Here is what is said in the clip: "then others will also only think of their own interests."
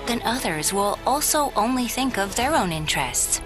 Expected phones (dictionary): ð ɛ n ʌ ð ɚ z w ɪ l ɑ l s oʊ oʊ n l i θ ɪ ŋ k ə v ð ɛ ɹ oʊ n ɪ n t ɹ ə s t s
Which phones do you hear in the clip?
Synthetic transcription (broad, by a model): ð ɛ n ʌ ð ɚ z w ɪ l ɑ l s oʊ oʊ n l i θ ɪ ŋ k ə v ð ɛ ɹ oʊ n ɪ n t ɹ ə s t s